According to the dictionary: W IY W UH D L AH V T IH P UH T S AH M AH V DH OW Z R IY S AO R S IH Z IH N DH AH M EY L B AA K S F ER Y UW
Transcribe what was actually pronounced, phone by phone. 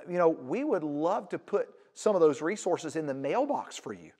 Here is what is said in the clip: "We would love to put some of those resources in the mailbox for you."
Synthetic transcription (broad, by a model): W IY W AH D L AH V T IH P UH T S AH M AH V DH OW Z R IY S AO R S IH Z IH N DH AH M EY L B AA K S F ER Y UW